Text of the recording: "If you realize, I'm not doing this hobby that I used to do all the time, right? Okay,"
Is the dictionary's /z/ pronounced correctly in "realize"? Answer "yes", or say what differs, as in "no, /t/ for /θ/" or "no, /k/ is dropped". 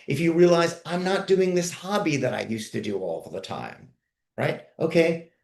yes